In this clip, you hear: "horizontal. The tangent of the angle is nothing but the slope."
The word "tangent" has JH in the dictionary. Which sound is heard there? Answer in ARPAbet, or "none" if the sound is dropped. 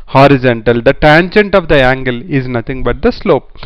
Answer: JH